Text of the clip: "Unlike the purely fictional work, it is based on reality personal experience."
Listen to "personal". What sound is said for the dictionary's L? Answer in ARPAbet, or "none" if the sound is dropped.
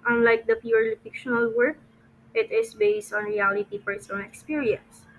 N